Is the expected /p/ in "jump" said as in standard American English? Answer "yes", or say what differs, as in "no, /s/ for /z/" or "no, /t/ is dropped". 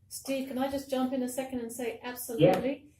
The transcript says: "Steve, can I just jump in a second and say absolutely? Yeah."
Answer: yes